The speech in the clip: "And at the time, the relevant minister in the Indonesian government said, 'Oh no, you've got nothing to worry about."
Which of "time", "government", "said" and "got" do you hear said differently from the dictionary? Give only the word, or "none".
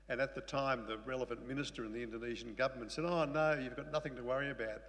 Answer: none